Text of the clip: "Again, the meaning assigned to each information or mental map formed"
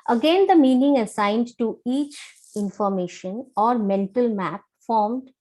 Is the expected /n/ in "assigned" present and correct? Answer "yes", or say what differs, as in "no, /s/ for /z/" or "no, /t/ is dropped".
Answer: yes